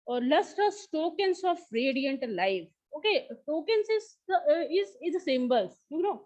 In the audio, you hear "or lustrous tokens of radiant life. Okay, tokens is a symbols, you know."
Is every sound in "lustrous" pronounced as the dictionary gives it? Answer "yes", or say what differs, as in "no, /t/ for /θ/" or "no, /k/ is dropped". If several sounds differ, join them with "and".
no, /ɹ/ is dropped